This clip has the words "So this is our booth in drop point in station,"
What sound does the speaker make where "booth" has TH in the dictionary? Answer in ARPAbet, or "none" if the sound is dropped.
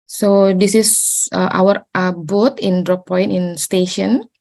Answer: T